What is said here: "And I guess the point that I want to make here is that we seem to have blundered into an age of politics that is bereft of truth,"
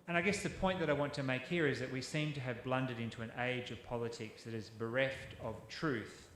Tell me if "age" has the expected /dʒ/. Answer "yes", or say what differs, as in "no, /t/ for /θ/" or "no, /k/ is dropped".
yes